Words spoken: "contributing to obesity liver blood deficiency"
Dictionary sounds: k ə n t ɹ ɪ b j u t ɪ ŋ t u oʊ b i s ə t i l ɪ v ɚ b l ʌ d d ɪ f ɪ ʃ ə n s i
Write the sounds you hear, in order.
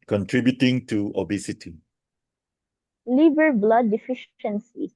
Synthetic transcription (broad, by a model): k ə n t ɹ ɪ b j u t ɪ ŋ t u oʊ b i s ə t i l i b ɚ b l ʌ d d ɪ f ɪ ʃ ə n s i